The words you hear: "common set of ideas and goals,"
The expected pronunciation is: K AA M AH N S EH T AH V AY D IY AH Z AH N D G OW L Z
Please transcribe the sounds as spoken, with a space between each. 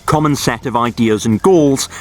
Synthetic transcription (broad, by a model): K AA M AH N S EH T AH V AY D IY AH Z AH N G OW L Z